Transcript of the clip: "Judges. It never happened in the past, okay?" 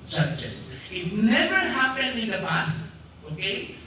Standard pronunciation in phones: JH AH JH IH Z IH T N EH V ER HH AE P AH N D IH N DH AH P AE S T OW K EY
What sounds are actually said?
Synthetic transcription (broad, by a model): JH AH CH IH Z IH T N EH V ER HH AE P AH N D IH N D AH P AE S OW K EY